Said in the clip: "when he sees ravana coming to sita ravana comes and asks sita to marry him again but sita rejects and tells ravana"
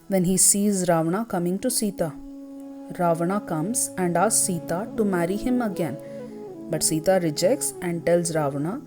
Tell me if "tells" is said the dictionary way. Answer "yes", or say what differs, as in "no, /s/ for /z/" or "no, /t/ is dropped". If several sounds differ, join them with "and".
yes